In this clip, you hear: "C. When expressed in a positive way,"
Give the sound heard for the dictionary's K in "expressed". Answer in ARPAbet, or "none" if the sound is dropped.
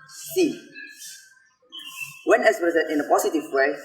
none